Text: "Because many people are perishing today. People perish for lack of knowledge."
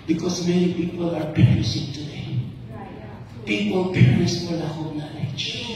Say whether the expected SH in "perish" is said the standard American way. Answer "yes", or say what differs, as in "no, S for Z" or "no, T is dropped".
no, S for SH